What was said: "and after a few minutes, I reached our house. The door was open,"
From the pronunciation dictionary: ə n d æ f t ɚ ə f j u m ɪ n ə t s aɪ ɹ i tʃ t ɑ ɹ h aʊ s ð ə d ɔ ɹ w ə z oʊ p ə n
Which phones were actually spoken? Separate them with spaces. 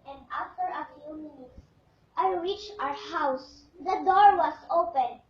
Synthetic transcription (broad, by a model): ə n d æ f t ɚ ə f j u m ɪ n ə t s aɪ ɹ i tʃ ɑ ɹ h aʊ s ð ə d ɔ ɹ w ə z oʊ p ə n